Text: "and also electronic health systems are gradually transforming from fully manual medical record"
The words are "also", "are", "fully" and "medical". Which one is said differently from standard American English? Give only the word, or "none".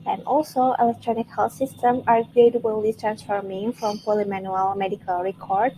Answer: fully